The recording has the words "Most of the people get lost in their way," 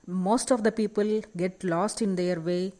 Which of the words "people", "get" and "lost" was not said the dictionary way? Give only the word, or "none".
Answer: none